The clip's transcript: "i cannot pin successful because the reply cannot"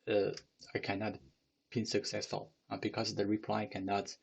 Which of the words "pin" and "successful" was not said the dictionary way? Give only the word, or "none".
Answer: pin